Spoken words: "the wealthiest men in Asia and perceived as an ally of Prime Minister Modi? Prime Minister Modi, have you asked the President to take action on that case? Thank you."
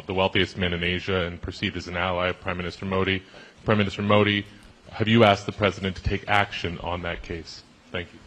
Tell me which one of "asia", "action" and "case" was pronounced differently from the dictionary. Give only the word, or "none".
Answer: none